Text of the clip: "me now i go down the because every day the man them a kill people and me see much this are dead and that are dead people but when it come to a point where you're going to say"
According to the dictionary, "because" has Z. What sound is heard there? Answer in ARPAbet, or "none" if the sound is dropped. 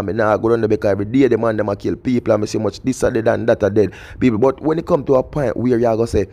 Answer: none